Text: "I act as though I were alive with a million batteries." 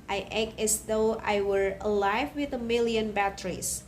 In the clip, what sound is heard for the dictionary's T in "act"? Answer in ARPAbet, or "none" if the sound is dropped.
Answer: none